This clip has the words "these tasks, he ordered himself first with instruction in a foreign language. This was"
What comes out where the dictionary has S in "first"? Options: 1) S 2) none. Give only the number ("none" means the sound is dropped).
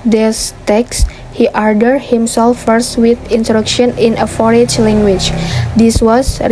1